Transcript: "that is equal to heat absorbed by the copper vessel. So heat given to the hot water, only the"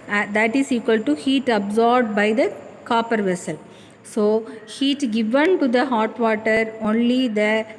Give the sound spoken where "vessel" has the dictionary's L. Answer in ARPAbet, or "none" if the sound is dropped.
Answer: L